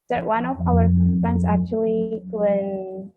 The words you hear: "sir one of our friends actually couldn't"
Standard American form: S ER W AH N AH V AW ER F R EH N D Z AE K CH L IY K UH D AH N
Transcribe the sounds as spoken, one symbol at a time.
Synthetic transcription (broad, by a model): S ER W AH N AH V AW ER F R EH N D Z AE K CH IY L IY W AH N